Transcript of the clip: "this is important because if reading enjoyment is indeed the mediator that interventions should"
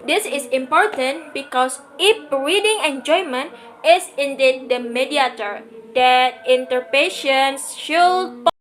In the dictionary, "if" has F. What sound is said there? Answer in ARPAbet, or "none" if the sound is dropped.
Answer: P